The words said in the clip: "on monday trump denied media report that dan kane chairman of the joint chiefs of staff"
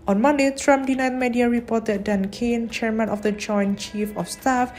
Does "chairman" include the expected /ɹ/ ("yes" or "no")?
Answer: yes